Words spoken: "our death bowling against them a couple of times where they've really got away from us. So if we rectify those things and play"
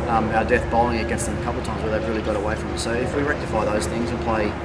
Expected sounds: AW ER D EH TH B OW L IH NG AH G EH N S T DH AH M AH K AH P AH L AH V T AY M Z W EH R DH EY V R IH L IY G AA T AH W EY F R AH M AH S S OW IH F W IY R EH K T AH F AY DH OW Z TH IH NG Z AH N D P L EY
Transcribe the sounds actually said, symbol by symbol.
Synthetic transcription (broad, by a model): AW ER D EH TH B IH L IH NG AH G EH N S T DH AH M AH K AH P L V T AY M Z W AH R DH EY V R IH L IY G AA T AH W EY F R AH M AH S S OW IH F W IY R EH K T AH F AY DH OW Z TH IH NG Z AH N P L EY